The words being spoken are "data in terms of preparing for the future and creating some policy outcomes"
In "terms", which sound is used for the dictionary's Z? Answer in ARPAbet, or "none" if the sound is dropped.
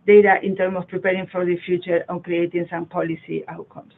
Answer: none